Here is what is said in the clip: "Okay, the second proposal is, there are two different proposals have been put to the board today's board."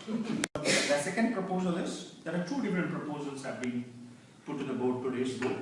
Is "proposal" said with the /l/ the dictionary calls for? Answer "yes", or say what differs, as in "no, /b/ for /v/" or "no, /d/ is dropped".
yes